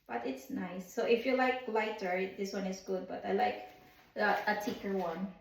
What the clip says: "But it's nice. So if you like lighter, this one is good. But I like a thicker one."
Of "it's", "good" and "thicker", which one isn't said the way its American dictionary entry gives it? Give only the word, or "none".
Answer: thicker